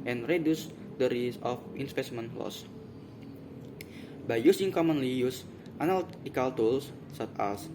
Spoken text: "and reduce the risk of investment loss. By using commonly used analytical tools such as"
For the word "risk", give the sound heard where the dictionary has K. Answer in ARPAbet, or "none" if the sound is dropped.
none